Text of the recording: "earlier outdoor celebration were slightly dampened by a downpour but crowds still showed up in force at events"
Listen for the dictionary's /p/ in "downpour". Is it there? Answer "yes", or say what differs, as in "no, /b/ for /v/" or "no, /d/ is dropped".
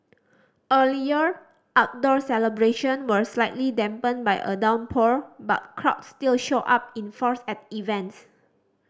yes